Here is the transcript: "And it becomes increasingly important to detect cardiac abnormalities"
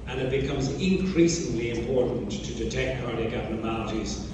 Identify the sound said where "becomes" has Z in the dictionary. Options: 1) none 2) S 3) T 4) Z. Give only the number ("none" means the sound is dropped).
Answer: 4